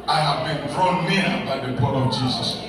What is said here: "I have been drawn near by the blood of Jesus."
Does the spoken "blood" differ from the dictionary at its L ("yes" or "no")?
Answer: yes